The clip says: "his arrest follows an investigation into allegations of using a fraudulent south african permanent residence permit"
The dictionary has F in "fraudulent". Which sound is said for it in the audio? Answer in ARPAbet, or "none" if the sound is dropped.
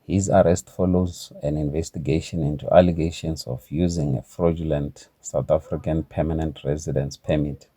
F